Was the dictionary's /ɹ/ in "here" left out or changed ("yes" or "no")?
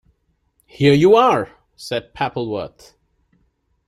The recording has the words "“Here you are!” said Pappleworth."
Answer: no